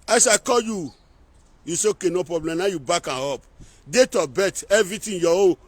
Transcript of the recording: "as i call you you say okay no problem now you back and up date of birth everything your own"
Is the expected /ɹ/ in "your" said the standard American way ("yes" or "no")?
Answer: no